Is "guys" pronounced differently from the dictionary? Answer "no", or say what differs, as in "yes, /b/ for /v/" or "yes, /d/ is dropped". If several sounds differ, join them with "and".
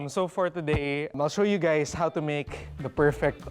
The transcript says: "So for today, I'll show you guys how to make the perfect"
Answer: yes, /s/ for /z/